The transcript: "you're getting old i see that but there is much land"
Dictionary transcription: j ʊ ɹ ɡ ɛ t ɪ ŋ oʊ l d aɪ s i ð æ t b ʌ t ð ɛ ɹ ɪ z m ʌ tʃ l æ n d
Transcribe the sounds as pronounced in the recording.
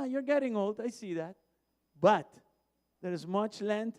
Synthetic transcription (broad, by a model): j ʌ ɹ ɡ ɛ t ɪ ŋ oʊ l d aɪ s i ð æ t b ʌ t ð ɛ ɹ ɪ z m ʌ tʃ l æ n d